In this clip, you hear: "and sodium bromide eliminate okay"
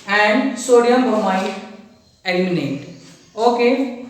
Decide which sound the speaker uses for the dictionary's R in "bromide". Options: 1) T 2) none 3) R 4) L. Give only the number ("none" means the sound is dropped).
2